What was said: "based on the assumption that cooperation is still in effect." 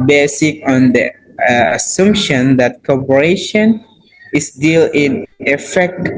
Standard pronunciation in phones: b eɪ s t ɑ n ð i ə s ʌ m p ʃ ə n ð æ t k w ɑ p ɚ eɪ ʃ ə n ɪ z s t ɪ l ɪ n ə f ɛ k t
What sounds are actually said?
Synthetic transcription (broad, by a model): b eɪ s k ɑ n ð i ə s ʌ m p ʃ ə n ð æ t k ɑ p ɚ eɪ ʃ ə n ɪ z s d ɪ l ɪ n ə f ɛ k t